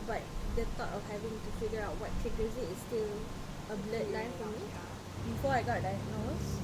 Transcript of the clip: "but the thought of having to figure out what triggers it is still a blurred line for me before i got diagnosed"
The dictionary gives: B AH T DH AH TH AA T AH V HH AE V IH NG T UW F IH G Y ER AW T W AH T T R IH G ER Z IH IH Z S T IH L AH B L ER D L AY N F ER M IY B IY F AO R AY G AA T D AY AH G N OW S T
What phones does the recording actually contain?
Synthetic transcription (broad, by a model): B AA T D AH T AA T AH F HH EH V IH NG T UW F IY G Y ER AW T W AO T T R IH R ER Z IH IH S T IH L AH B L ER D L AY N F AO M IY B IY F AO AY G AA T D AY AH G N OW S